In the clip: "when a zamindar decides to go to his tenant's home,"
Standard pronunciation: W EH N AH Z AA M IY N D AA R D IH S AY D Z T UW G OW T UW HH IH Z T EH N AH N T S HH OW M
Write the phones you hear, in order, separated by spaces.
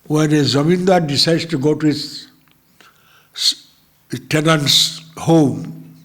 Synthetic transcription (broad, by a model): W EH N AH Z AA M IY N D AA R D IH S AY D T UW G OW T UW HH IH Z T EH N AH N T S HH OW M